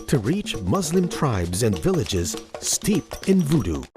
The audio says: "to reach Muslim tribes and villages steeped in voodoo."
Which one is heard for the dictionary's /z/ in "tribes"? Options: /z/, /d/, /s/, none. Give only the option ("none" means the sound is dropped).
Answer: /z/